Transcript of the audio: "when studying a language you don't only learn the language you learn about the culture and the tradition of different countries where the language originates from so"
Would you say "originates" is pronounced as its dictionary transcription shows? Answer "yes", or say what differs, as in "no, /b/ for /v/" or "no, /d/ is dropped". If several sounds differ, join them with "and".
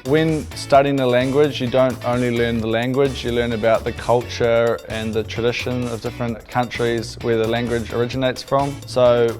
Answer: yes